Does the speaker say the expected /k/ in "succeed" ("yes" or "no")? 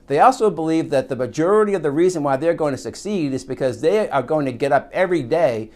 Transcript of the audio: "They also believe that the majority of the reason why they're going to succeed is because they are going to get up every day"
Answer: yes